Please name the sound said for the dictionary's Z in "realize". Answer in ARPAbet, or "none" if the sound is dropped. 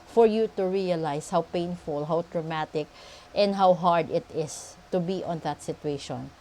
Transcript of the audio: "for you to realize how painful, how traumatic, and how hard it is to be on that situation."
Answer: S